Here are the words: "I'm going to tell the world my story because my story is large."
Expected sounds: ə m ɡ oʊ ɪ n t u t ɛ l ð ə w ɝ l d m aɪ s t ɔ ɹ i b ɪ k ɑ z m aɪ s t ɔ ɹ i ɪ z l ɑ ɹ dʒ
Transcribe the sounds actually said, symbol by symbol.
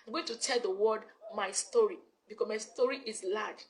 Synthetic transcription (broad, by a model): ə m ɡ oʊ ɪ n t u t ɛ l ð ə w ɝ d m aɪ s t ɔ ɹ i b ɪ k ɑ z m aɪ s t ɔ ɹ i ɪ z l ɑ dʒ